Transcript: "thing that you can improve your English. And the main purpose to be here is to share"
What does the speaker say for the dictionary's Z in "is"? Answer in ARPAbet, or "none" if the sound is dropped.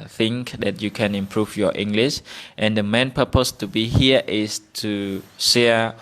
S